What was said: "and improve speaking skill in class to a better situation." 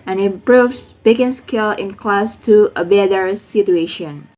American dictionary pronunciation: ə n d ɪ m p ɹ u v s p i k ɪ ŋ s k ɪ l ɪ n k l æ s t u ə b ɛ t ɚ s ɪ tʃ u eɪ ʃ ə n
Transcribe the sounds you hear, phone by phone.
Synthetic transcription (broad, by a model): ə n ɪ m p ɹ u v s b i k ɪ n s k ɪ l ɪ n k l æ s t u ə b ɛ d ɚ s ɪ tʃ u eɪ ʃ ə n